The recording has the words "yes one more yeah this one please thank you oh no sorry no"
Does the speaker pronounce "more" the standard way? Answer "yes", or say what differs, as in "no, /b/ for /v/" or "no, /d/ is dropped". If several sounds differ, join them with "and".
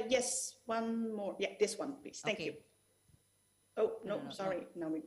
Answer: yes